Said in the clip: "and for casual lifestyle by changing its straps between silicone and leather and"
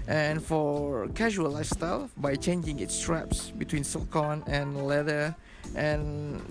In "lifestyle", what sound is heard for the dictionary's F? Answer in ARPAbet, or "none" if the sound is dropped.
none